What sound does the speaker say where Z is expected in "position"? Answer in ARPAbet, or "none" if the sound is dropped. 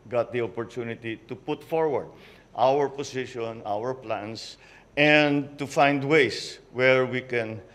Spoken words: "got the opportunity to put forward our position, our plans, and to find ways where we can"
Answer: S